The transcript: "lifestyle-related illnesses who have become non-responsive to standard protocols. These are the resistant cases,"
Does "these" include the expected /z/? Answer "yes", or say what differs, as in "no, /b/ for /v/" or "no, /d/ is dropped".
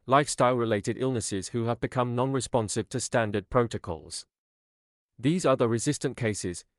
yes